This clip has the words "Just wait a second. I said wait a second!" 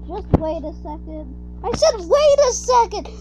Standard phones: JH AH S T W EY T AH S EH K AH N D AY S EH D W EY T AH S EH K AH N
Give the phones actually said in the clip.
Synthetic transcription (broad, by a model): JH AH S T W EY T AH S EH K AH N D AY SH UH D W EY T AH S EH K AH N